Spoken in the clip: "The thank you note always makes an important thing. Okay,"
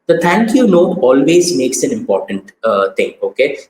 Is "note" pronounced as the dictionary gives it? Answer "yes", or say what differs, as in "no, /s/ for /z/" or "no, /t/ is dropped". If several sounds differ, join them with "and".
no, /t/ is dropped